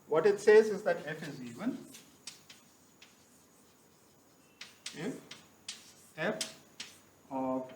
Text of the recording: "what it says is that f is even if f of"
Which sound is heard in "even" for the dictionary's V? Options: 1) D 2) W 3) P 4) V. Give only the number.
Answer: 2